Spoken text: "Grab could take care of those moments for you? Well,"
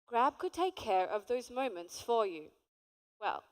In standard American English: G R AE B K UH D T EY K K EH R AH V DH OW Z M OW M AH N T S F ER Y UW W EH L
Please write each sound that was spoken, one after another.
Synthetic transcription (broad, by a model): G R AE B K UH D T EY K K EH R AH V DH OW Z M OW M AH N T S F ER Y UW W EH L